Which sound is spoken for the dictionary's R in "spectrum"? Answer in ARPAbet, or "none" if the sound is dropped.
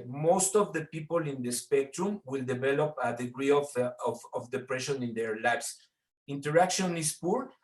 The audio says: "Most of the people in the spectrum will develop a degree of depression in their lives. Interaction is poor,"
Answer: R